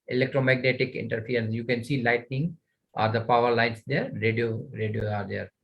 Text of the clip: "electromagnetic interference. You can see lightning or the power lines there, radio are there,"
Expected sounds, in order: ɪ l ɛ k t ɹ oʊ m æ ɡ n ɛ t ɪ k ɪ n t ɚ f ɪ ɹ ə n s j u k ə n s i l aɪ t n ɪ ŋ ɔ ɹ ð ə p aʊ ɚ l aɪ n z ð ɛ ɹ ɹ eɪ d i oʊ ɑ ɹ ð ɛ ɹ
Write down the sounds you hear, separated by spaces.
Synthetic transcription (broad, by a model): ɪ l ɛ k t ɹ oʊ m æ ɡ n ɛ t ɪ k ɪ n t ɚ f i ə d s j u k ə n s i l aɪ t n ɪ ŋ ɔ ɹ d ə p aʊ ɚ l aɪ n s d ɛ ɹ ɹ eɪ d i oʊ ɑ ɹ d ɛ ɹ